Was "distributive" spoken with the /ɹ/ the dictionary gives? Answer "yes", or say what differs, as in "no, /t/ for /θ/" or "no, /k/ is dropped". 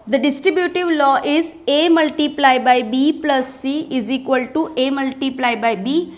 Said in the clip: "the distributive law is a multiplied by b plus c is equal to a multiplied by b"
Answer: yes